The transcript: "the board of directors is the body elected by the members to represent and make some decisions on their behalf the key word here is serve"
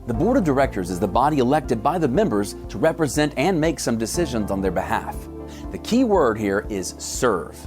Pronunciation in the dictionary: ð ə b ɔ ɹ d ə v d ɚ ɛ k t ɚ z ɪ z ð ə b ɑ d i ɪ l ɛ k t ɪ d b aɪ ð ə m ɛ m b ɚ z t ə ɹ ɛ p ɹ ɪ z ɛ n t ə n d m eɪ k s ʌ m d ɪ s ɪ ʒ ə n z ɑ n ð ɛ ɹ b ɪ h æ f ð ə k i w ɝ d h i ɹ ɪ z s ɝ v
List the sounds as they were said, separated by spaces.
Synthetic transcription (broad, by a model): ð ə b ɔ ɹ d ə v d ɚ ɛ k t ɚ z ɪ z ð ə b ɑ d i ɪ l ɛ k t ɪ d b aɪ ð ə m ɛ m b ɚ z t ə ɹ ɛ p ɹ ɪ z ɛ n t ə n m eɪ k s ʌ m d ɪ s ɪ ʒ ə n z n ð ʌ ɹ b ɪ h æ f ð ə k i w ɝ d h i ɹ ɪ z s ɝ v